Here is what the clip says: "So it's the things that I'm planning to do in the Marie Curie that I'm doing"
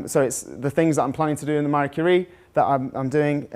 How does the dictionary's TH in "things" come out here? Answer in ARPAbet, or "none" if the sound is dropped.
TH